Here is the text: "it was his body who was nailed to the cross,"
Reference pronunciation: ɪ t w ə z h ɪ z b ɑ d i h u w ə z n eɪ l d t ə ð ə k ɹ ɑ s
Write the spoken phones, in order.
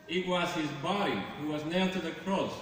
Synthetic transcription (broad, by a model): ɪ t w ə z h ɪ z b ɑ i h u w ə z n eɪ t ə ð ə k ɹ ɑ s